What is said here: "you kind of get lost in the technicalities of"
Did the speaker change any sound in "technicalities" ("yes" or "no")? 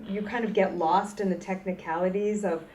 no